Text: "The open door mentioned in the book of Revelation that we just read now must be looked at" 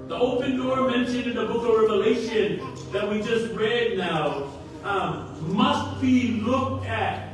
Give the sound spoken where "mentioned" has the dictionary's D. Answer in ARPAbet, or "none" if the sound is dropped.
none